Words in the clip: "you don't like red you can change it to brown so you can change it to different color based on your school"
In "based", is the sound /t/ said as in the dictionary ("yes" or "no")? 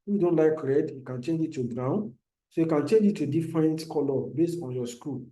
yes